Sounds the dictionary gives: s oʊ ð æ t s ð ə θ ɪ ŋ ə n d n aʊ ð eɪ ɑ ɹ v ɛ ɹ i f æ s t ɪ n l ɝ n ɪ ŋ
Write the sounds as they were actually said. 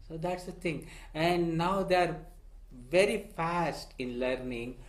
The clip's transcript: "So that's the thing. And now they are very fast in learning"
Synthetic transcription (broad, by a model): s oʊ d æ t s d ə t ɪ ŋ ə n d n aʊ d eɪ ɑ ɹ v ɛ ɹ i f æ s t ɪ n l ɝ n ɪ ŋ